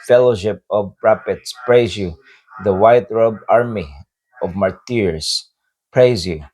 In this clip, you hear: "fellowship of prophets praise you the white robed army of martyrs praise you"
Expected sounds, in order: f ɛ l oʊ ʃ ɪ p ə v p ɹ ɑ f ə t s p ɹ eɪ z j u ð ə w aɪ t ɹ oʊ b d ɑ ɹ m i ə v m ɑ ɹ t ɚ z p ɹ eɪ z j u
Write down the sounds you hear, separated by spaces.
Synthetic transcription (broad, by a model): f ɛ l oʊ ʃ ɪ p ə v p ɹ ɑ p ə t s p ɹ eɪ z j u ð ə w aɪ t ɹ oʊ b ɑ ɹ m i ə v m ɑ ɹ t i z p ɹ eɪ z j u